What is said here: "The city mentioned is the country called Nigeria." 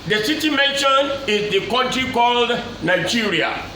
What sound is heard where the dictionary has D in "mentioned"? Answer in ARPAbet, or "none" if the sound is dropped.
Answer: none